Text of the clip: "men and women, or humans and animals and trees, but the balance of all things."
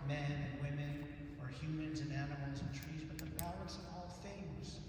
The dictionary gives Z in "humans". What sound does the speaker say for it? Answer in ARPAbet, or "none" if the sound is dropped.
Z